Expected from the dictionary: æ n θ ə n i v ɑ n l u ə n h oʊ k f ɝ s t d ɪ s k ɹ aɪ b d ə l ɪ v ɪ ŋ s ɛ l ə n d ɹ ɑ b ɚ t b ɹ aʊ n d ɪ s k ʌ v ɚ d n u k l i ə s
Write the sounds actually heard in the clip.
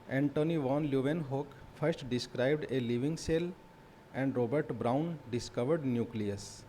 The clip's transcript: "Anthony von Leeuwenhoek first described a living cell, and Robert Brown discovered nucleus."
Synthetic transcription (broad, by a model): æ n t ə n i v ɑ n l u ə n h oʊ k f ɝ s t d ɪ s k ɹ aɪ b d ə l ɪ v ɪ ŋ s ɛ l ə n d ɹ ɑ b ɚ t b ɹ aʊ n d ɪ s k ʌ v ɚ d n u k l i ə s